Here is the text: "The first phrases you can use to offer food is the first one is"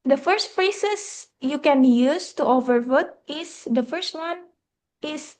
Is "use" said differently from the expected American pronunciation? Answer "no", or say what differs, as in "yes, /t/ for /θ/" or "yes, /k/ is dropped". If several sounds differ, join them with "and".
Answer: no